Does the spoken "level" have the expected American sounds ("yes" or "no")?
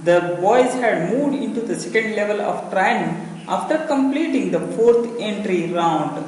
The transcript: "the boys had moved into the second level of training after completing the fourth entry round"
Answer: yes